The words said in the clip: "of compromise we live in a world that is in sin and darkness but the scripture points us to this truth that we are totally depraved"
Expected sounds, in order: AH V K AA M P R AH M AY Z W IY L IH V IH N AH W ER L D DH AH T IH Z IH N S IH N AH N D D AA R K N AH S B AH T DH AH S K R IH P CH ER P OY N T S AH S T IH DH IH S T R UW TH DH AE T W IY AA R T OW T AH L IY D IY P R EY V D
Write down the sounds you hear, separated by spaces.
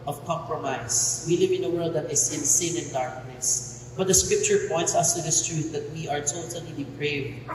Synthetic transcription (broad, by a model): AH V K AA M P R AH M AY S W IY L IH V IH N AH W ER L D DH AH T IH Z IH N S IH N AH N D D AA R K N AH S B AH T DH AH S K R IH P CH ER P OY N T S AH S T IH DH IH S T R UW TH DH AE T W IY AA R T OW T AH L IY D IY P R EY V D